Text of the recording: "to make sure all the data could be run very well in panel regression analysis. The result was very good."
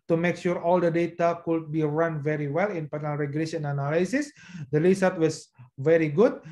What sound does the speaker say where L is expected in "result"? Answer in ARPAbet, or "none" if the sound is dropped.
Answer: none